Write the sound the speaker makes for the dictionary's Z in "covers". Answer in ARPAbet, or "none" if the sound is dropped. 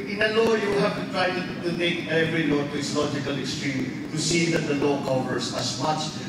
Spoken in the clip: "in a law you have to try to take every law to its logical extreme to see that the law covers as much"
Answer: S